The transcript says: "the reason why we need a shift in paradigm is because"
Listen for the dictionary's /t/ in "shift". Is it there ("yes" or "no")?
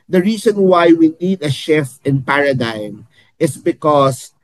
no